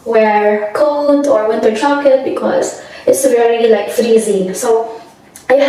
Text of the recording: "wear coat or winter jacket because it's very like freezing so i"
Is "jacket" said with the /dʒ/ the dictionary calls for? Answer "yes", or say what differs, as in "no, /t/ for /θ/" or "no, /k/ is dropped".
no, /tʃ/ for /dʒ/